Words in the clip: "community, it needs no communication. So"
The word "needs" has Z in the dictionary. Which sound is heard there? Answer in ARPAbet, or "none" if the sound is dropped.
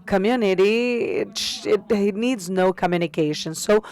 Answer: Z